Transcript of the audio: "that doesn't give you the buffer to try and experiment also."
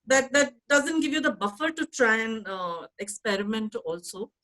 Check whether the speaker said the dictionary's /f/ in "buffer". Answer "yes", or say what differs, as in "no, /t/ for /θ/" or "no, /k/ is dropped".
yes